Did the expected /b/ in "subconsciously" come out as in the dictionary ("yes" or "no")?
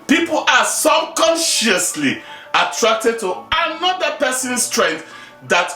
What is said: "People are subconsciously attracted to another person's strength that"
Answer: no